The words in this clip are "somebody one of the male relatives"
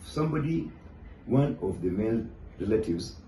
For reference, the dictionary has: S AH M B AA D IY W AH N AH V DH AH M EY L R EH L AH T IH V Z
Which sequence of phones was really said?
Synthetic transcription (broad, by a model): S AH M B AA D IY W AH N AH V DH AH M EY N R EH L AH T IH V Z